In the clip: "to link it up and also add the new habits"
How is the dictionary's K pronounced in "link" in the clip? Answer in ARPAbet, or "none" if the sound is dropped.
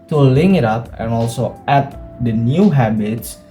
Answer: none